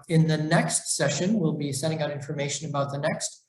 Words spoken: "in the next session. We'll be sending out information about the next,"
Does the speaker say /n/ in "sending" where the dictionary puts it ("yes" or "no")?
no